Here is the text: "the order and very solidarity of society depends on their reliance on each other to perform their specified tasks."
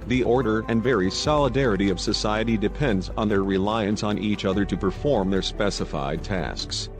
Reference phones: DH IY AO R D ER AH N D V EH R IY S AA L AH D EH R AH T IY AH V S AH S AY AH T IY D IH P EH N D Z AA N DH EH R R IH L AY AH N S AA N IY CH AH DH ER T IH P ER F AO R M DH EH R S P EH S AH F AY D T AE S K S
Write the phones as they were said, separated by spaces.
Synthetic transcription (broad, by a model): DH IY AO R D ER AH N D V EH R IY S AA L AH D EH R AH T IY AH V S AH S AY AH T IY D IH P EH N D Z N DH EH R R IH L AY AH N S N IY CH AH DH ER T IH P ER F AO R M DH EH R S P EH S AH F AY D T AE S K S